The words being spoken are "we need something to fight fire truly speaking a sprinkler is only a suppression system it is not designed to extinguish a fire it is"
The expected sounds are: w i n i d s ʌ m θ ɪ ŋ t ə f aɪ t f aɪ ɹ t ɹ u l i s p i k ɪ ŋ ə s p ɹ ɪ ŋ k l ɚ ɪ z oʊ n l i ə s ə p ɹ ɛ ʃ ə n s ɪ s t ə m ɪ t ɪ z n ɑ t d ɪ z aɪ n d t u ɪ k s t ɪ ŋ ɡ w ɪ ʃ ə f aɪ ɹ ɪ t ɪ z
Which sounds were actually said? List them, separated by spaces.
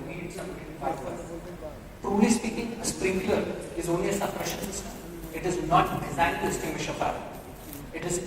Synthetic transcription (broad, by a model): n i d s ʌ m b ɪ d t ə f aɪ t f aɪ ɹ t ɹ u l i s p i k ɪ ŋ ə s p ɹ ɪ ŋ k l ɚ ɪ z oʊ n l i ə s ə p ɹ ɛ ʃ ə n s ɪ s t ə m ɪ t ɪ z n ɑ t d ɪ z aɪ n t u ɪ s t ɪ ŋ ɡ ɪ ʃ ə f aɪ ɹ ɪ t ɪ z